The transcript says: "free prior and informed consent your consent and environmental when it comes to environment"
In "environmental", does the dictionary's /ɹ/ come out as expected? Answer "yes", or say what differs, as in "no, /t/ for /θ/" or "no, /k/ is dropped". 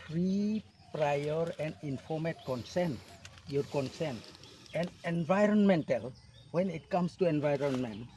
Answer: yes